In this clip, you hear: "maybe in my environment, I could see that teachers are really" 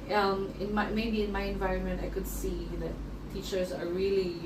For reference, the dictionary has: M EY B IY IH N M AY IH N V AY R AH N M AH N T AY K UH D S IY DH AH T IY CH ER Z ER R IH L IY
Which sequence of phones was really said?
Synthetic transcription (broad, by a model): M EY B IY IH N M AY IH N V AY R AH N M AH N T AY K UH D S IY DH AH T IY CH ER Z ER R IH L IY